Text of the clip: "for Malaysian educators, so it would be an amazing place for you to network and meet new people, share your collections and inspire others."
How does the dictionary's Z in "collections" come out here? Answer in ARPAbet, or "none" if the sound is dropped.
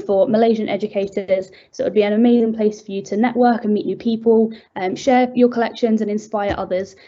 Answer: Z